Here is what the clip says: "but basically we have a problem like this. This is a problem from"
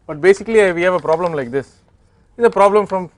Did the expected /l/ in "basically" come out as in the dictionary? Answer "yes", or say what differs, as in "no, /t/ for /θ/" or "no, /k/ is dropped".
yes